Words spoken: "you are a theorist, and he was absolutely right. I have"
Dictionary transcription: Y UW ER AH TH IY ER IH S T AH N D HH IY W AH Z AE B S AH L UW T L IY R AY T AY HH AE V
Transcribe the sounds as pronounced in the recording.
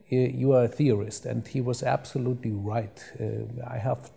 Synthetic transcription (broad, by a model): Y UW ER AH TH IY ER IH S T AH N D HH IY W AH Z AE B S AH L UW T L IY R AY T AY HH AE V